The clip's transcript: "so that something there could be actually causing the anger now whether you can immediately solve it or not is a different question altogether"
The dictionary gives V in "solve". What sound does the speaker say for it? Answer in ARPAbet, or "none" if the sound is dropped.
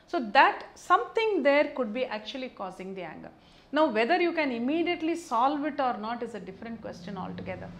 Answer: V